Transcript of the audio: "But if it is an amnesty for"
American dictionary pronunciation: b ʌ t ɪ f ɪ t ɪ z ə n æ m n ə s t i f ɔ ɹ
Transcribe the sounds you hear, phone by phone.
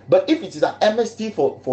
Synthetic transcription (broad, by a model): b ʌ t ɪ f ɪ t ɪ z ə n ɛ m ə s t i f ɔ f